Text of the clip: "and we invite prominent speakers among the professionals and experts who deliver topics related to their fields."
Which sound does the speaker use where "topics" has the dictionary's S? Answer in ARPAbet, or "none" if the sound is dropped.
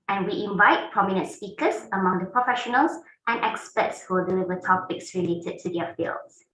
S